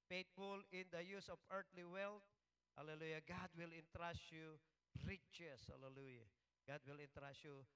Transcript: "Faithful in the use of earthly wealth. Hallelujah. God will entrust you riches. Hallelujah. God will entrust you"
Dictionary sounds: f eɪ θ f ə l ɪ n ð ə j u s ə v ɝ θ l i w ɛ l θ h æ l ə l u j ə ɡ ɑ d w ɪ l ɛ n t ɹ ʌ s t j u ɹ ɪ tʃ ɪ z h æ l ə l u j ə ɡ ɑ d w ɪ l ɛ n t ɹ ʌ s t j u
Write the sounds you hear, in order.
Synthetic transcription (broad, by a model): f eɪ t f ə l ɪ n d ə j u s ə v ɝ t l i w ɛ l t h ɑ l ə l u j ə ɡ ɑ d w ɪ l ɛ n t ɹ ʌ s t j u ɹ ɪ tʃ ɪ s h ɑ l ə l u j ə ɡ ɑ d w ɪ l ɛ n t ɹ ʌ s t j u